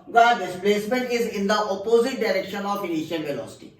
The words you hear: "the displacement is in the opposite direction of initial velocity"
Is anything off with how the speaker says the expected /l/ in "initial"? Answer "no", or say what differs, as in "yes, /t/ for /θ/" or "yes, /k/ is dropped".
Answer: yes, /n/ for /l/